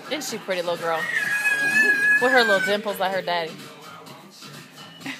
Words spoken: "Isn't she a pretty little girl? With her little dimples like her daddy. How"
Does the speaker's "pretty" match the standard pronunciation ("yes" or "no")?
yes